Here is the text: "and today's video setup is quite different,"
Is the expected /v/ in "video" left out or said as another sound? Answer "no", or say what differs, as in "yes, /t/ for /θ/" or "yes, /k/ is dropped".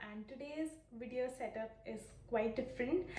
no